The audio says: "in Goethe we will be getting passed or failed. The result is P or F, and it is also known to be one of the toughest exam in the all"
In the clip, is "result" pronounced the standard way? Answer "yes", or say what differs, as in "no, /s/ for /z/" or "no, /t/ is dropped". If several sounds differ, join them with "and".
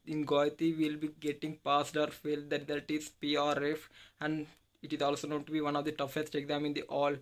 no, /l/ is dropped